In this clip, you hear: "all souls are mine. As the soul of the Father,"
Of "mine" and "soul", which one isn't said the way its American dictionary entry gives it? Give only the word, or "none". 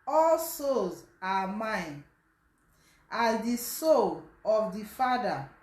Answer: none